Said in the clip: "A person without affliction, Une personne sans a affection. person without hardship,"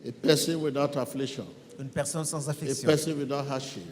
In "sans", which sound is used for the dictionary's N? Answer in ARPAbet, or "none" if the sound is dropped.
none